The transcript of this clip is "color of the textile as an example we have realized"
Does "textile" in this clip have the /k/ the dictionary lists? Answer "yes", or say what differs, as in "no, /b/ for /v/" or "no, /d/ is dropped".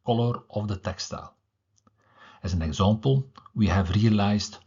yes